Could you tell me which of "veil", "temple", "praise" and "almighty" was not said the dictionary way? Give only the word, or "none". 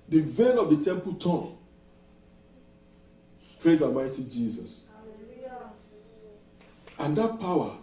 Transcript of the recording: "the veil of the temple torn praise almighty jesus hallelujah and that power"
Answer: veil